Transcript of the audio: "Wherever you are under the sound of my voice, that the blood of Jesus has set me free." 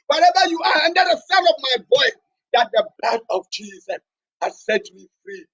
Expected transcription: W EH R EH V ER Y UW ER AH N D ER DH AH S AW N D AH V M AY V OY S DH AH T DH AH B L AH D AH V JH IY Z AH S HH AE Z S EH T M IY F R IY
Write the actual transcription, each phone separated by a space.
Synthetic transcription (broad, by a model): W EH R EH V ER Y UW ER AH N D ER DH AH S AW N AH V M AY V OY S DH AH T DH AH B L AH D AH V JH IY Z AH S HH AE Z S EH T M IY F R IY